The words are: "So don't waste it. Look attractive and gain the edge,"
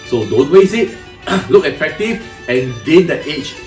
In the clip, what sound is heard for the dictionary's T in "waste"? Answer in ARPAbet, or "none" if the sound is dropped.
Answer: none